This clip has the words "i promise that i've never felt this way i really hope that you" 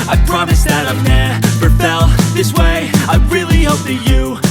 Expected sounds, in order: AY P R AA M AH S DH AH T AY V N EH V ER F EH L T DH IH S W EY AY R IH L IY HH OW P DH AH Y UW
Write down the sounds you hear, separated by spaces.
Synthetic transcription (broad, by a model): AY P R AA M AH S DH AH T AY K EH P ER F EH L DH IH S W EY AY R IH L IY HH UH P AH Y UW